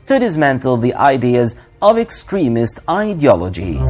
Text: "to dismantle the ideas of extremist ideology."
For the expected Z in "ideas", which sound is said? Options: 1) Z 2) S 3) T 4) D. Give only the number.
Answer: 1